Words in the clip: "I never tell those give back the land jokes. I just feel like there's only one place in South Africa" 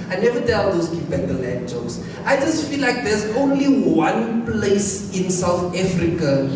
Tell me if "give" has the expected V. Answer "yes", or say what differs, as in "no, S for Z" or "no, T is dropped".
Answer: no, P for V